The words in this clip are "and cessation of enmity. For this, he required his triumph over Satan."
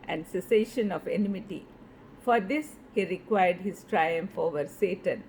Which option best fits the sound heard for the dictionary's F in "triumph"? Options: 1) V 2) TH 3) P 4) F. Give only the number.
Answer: 4